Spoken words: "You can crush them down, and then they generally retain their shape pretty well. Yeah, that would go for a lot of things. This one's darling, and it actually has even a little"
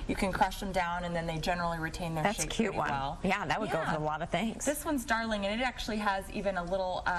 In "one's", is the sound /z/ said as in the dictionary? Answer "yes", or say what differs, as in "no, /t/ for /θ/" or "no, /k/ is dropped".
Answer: yes